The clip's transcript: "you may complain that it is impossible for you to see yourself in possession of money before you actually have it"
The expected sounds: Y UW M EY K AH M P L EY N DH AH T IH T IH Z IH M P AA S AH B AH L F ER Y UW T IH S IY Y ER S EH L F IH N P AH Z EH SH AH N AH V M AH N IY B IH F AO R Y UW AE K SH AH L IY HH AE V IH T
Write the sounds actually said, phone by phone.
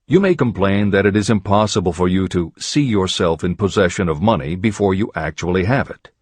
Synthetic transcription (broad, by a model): Y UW M EY K AH M P L EY N DH AH T IH T IH Z IH M P AA S AH B AH L F ER Y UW T IH S IY Y ER S EH L F IH N P AH Z EH SH AH N AH V M AH N IY B IH F AO R Y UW AE K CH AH L IY HH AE V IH T